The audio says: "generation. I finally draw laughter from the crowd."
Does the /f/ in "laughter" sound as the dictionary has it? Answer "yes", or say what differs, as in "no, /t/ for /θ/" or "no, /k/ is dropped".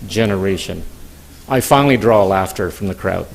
yes